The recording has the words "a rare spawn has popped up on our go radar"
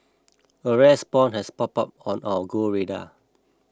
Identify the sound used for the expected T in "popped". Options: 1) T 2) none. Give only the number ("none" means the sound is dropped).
2